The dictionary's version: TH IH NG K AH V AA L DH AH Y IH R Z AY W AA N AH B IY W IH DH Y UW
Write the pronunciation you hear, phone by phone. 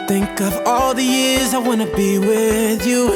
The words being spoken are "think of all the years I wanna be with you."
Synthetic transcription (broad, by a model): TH IH NG K AH V AA L DH AH Y IH R Z AY W AA N AH B IY W IH DH Y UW